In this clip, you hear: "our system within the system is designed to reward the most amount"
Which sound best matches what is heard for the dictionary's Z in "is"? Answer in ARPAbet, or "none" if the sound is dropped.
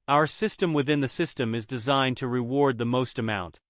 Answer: Z